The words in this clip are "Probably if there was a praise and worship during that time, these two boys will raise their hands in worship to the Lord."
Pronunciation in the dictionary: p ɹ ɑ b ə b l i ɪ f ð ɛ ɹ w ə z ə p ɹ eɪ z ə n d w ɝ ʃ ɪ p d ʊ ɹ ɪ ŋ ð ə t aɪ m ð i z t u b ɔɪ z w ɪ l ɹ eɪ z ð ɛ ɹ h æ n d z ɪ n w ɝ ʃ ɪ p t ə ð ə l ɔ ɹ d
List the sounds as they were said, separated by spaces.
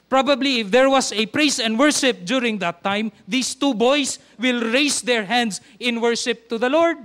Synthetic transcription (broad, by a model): p ɹ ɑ b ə b l i ɪ f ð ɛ ɹ w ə s ə p ɹ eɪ s ə n d w ɝ ʃ ɪ p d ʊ ɹ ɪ ŋ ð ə t aɪ m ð i s t u b ɔɪ s w ɪ l ɹ eɪ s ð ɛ ɹ h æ n d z ɪ n w ɝ ʃ ɪ p t ə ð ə l ɔ ɹ d